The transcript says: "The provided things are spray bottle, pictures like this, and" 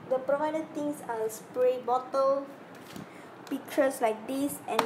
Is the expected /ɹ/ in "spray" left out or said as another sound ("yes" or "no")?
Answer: no